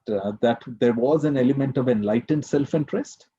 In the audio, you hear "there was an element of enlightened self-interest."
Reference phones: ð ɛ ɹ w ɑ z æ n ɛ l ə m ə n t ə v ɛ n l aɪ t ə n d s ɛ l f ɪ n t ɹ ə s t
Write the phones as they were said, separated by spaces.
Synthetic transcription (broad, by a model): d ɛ ɹ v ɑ z æ n ɛ l ə m ə n t ə v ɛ n l aɪ t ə n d s ɛ l f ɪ n t ɹ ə s t